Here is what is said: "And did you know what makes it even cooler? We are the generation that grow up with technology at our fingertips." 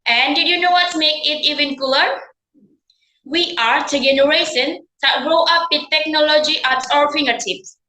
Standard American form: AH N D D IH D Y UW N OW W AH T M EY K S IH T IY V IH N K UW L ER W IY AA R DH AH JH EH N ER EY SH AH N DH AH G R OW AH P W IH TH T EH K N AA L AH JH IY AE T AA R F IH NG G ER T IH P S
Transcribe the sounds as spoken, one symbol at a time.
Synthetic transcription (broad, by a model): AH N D D IH D Y UW N OW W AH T M EY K IH T IY V IH N K UW L ER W IY AA R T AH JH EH N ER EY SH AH N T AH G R OW AH P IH T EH K N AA L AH JH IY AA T AA R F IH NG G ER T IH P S